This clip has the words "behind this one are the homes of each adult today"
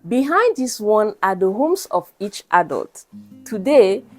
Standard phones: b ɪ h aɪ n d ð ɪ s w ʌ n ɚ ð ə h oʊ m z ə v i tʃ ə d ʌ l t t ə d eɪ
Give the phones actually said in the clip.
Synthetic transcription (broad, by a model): b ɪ h aɪ n d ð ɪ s w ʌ n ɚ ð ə h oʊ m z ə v i tʃ ə d ʌ l t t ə d eɪ